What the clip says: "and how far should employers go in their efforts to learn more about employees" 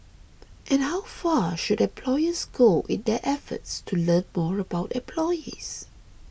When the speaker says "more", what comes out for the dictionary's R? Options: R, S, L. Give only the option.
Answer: R